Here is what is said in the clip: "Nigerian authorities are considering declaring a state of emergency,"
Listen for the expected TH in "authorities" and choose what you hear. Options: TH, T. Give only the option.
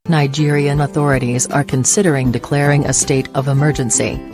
TH